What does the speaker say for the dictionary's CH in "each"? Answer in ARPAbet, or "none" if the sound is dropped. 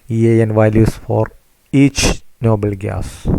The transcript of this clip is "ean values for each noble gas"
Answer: CH